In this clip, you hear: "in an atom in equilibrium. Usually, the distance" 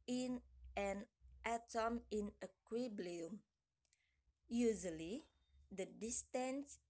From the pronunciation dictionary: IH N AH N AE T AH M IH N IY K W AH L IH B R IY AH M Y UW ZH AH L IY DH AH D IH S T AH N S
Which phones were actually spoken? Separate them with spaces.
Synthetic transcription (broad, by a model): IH N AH N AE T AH M IH N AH K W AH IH B L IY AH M Y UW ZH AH L IY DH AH D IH S T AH N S